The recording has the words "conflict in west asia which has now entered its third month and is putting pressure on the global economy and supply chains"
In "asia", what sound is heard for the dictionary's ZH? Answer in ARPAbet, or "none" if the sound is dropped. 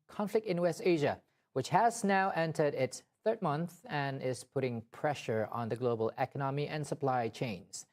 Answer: ZH